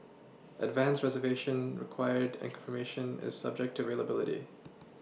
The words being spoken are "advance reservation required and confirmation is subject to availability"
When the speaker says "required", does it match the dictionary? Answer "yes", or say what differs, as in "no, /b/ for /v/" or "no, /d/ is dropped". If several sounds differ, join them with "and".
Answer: yes